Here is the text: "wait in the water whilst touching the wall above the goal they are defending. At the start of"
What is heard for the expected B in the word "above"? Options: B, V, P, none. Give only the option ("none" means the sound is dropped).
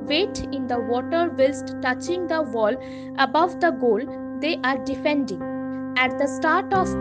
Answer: B